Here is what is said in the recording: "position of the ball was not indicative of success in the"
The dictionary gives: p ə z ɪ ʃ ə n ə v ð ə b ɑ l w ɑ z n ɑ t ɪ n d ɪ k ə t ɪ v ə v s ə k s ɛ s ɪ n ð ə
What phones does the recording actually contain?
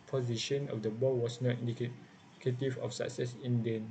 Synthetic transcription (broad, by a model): p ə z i ʃ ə n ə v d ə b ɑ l w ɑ s n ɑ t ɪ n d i k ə t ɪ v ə f s ə k s ɛ s ɪ n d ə